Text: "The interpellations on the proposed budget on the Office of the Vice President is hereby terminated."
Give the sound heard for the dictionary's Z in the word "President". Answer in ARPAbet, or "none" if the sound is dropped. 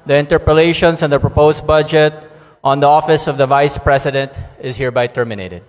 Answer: S